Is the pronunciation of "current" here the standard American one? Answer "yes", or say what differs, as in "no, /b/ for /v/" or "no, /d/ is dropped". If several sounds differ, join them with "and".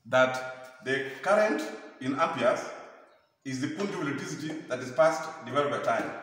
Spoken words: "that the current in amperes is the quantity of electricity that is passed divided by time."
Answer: yes